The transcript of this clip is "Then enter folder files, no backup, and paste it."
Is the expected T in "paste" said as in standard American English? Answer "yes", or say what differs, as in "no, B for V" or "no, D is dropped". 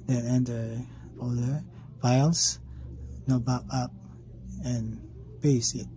no, T is dropped